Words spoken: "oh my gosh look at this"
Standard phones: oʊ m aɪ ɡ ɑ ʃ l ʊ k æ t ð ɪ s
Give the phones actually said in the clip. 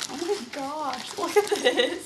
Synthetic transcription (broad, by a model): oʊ m aɪ ɡ ɑ ʃ w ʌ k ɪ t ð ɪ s